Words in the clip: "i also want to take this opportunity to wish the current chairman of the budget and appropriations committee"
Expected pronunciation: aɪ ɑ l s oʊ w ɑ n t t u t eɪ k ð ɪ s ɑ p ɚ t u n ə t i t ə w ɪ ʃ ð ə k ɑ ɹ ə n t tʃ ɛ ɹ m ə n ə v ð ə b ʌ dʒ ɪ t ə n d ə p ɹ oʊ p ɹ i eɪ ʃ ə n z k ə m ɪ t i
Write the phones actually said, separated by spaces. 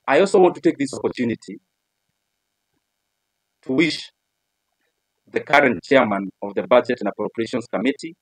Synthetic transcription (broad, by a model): aɪ ɑ l s oʊ w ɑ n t t u t eɪ k ð ɪ s ɑ p ɚ t u n ə t i t ə w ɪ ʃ ð ə k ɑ ɹ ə n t tʃ ɛ ɹ m ə n ə v ð ə b ʌ dʒ ɪ t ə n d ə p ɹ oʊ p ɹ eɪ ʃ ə n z k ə m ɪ t i